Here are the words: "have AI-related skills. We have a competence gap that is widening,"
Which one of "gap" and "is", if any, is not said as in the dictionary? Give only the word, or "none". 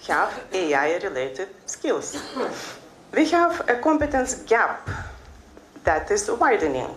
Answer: is